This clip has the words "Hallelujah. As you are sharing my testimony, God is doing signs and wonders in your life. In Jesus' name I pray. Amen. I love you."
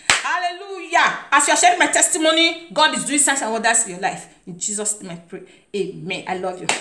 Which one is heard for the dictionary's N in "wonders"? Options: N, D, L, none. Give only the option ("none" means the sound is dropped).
none